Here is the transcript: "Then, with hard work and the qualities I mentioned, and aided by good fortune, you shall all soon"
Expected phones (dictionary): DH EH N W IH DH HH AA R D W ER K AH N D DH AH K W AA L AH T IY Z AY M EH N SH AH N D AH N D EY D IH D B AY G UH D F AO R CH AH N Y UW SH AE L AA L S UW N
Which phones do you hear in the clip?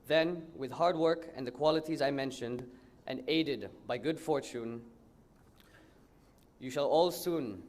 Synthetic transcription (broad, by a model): DH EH N W IH DH HH AA R D W ER K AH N DH AH K W AA L AH T IY Z AY M EH N SH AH N D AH N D EY D IH D B AY G UH D F AO R CH AH N Y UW SH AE L AA L S UW N